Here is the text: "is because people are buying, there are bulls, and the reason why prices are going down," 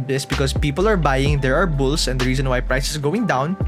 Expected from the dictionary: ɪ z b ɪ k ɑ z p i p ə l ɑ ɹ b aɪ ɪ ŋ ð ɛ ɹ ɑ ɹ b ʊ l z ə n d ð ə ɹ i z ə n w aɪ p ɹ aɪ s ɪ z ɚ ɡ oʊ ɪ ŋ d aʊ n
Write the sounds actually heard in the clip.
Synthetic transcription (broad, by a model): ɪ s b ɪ k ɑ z p i p ə l ɑ ɹ b aɪ ɪ ŋ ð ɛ ɹ ɑ ɹ b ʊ l s ə n d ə ɹ i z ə n w aɪ p ɹ aɪ s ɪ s ɡ oʊ ɪ ŋ d aʊ n